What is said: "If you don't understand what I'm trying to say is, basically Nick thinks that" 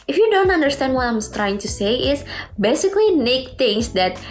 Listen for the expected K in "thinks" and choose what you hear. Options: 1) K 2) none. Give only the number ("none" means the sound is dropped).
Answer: 2